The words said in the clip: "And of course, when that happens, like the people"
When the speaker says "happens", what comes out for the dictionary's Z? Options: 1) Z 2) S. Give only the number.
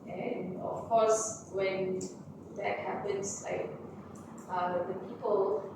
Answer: 2